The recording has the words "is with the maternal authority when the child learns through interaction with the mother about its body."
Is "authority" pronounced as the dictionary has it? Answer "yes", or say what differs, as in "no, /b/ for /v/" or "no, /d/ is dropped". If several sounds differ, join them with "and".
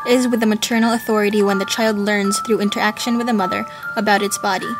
yes